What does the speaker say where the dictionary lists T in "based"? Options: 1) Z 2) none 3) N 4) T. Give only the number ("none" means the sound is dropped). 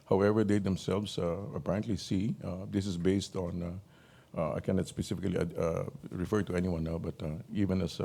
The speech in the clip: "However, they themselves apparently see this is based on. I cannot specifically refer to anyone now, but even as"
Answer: 4